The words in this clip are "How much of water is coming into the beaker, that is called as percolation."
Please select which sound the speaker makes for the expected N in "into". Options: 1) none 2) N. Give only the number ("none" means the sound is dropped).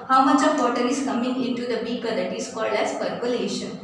2